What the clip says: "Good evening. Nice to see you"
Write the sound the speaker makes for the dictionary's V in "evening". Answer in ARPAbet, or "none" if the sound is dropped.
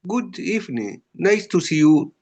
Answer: F